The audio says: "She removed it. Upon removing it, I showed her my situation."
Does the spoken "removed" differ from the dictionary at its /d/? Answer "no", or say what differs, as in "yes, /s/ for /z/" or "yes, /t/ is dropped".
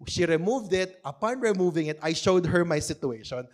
no